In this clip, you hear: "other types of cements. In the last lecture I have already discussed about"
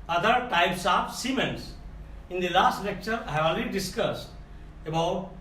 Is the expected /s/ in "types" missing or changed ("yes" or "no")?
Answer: no